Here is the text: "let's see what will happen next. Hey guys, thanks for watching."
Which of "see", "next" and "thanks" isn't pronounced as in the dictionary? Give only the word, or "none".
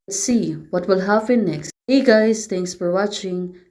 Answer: thanks